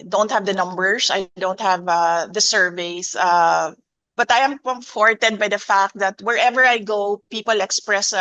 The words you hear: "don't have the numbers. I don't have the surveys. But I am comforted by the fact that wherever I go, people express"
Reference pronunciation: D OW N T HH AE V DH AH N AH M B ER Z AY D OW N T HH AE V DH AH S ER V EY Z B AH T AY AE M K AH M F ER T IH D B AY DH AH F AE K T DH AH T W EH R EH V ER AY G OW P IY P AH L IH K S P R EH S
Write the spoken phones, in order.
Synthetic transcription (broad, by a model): D OW N T HH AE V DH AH N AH M B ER S AY D OW N T HH AE V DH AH S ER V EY S B AH T AY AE M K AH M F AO T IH D B AY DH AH F AE K T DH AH T W EH R EH V ER AY G OW P IY P AH L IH K S P R EH S